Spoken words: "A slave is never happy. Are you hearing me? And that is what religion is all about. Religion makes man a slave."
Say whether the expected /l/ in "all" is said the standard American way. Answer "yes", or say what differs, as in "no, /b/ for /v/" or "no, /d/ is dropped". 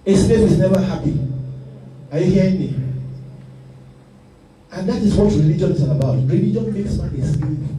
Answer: no, /n/ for /l/